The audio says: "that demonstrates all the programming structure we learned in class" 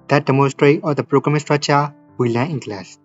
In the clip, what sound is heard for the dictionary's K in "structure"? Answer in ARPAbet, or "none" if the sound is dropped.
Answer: none